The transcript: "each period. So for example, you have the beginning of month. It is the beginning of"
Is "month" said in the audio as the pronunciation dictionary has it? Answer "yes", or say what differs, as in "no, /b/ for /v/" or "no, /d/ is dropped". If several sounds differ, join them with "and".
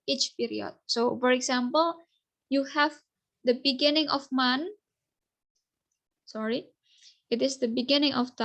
no, /s/ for /θ/